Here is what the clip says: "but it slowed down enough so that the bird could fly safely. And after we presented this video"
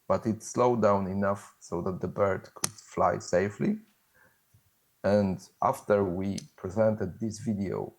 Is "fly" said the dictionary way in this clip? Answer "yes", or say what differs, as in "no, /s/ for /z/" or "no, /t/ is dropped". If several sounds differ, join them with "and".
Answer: yes